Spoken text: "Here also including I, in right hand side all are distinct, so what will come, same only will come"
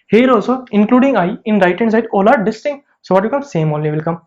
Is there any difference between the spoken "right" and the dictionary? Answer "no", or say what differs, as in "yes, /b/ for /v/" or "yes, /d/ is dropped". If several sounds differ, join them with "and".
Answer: no